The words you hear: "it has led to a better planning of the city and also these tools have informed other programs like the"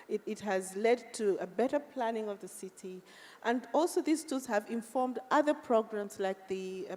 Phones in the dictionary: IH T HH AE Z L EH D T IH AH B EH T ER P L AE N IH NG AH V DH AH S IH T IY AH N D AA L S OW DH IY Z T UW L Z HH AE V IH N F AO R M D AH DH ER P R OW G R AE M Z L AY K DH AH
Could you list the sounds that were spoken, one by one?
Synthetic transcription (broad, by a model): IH T HH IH Z L EH D T IH AH B EH T ER P L AE N IH NG AH V DH AH S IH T IY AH N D AA L S OW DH IY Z T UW Z HH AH V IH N F AO R M D AH DH ER P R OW G R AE M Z L AY K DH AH